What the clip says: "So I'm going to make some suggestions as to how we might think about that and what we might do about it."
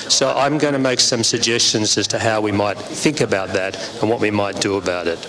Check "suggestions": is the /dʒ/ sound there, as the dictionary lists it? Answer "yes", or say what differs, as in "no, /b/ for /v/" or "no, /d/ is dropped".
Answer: yes